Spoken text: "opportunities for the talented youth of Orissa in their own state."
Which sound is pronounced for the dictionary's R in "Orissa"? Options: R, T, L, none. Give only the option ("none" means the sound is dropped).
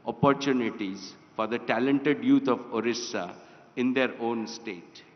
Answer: R